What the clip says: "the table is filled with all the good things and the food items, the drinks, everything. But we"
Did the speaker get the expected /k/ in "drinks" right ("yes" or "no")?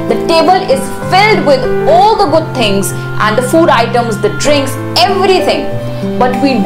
yes